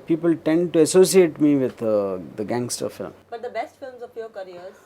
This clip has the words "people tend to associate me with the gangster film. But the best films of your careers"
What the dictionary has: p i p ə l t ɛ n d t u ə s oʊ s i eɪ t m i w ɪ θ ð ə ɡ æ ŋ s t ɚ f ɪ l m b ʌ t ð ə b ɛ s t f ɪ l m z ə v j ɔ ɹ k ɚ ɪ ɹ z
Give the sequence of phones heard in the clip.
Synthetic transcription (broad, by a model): p i p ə l t ɛ n d t u ə s oʊ s i eɪ t m i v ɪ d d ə ɡ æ ŋ s t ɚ f ɪ l m b ʌ t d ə b ɛ s t f ɪ l m z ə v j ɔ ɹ k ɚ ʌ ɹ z